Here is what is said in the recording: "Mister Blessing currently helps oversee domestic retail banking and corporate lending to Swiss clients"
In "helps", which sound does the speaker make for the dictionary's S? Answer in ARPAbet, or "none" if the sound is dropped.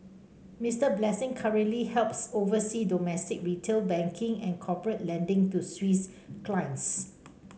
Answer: S